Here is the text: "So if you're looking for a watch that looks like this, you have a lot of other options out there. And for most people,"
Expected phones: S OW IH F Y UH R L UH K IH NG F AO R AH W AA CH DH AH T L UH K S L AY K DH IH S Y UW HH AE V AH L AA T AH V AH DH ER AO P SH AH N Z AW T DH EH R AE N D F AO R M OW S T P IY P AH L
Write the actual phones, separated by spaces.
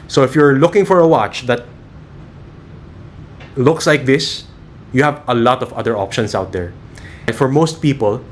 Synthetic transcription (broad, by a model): S OW IH F Y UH R L UH K IH NG F AO R AH W AA CH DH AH T L UH K S L AY K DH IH S Y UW HH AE V AH L AA T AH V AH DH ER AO P SH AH N S AW T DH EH R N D F AO R M OW S T P IY P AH L